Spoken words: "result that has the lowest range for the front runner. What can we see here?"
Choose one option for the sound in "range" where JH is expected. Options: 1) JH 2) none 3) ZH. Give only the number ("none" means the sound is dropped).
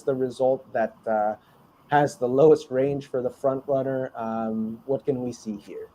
3